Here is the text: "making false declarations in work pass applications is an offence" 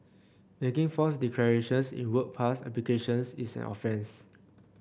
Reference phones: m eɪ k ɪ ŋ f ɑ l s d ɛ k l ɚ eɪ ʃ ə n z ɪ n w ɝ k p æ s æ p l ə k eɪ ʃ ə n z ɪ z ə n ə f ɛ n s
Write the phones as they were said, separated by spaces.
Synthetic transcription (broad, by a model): m eɪ k ɪ ŋ f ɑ s d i k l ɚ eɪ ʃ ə n s ɪ n w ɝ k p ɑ s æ p l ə k eɪ ʃ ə n s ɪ s ə n ə f ɛ n s